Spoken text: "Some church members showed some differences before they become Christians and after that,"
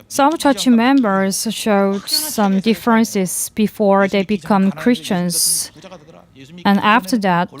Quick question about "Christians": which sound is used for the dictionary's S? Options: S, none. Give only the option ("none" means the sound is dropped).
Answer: S